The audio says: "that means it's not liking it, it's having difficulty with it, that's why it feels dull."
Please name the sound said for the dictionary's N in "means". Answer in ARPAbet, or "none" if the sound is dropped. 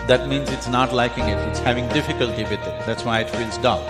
N